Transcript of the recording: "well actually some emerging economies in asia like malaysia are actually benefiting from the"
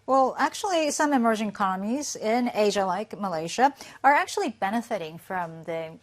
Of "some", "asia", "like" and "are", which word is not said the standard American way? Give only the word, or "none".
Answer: none